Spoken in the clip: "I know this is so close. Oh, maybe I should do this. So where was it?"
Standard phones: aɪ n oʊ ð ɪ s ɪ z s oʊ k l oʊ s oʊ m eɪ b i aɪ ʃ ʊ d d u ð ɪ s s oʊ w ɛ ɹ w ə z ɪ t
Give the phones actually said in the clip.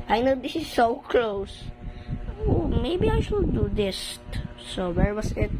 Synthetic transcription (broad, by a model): aɪ n oʊ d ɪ s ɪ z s oʊ k l oʊ s oʊ m eɪ b i aɪ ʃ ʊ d d u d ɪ s s oʊ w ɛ ɹ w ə s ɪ t